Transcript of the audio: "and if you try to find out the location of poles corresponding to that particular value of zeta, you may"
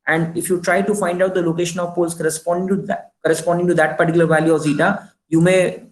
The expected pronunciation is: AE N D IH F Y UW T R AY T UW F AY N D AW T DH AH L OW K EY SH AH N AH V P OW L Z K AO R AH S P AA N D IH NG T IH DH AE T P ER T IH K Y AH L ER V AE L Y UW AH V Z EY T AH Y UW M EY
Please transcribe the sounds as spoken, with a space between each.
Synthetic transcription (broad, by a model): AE N D IH F Y UW T R AY T UW F AY N D AW T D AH L OW K EY SH AH N AH V P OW L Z K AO R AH S P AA N D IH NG T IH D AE T P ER T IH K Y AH L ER V AE L Y UW AH V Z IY T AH Y UW M EY